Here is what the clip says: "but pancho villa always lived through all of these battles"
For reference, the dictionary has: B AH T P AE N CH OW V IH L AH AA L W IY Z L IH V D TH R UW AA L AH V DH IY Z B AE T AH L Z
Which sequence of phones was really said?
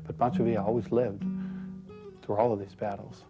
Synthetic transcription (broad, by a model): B AH T B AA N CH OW V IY AH AA L W IY Z L IH V D TH R UW AA L AH V DH IY Z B AE T L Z